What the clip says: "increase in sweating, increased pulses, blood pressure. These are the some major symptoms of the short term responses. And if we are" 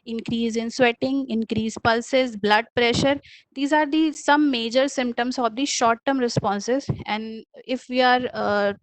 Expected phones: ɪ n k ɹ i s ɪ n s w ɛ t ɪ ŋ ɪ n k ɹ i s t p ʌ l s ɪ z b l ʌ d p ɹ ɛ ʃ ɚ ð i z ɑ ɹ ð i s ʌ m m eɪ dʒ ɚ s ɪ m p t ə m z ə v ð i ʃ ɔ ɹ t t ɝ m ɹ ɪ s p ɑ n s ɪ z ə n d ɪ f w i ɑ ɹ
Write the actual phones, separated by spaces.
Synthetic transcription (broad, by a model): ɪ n k ɹ i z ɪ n s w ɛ t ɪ ŋ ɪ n k ɹ i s p ʌ l s ɪ z b l ʌ d p ɹ ɛ ʃ ɚ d i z ɑ ɹ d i s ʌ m m eɪ dʒ ɚ s ɪ m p t ə m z ə v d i ʃ ɔ ɹ t t ɝ m ɹ ɪ s p ɑ n s ɪ z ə n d ɪ f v i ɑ ɹ